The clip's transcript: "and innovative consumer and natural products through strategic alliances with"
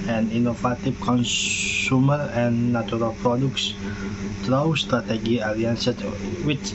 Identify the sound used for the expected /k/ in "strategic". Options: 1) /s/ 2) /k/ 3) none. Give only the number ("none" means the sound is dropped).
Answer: 3